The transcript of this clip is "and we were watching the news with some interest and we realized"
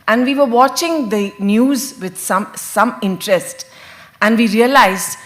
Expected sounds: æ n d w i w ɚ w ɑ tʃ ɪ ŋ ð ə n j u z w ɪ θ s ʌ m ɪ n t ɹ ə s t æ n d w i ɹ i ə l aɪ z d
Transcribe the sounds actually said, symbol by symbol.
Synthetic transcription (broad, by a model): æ n d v i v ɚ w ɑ tʃ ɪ ŋ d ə n j u z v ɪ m s ʌ m ɪ n t ɹ ə s t æ n d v i ɹ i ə l aɪ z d